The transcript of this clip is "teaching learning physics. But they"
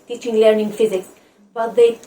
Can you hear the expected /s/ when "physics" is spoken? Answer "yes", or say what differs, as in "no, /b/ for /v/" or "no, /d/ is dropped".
no, /s/ is dropped